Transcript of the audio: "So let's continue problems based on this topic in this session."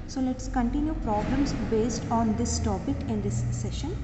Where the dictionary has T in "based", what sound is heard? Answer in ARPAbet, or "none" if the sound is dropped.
T